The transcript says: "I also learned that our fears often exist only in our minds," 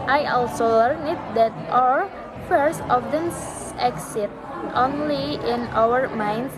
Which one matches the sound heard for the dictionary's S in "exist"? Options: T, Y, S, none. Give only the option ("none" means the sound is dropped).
none